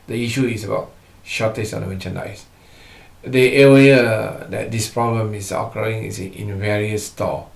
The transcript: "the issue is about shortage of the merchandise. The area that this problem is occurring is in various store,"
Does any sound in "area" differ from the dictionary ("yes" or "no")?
yes